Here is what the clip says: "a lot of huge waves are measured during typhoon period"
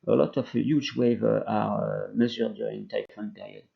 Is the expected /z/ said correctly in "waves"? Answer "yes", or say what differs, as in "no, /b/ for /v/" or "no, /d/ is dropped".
no, /z/ is dropped